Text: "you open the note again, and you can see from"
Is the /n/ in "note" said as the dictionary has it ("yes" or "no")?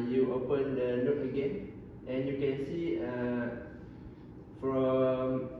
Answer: no